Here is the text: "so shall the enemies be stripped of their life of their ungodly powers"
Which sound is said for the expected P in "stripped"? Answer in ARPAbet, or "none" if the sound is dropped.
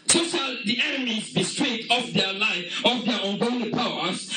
none